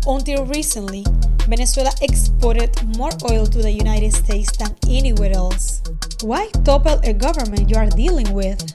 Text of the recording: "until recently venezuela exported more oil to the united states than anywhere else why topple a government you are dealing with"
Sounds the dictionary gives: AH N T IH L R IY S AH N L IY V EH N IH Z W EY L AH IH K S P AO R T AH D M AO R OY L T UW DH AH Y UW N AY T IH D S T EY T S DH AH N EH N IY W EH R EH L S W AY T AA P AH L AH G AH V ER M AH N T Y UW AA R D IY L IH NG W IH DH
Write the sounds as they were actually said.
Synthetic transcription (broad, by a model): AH N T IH L R IY S AH N L IY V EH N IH S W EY L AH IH K S P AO R T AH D M AO R OY L T UW DH AH Y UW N AY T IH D S T EY T S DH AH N EH N IY W EH R EH L S W AY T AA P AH L AH G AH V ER M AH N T Y UW AA R D IY L IH NG W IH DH